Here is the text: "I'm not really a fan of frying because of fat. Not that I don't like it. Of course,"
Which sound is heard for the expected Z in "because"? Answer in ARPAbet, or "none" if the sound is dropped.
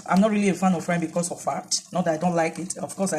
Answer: S